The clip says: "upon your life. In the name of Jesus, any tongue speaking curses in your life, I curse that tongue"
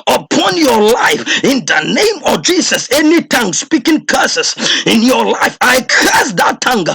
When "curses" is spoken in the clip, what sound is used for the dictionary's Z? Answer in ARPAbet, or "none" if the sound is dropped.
S